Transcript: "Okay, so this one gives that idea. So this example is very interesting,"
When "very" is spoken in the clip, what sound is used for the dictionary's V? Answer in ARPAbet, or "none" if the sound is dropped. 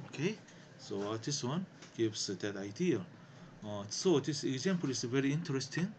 V